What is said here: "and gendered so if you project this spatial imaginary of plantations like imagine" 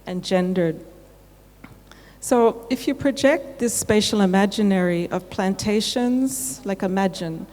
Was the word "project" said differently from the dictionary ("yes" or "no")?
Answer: no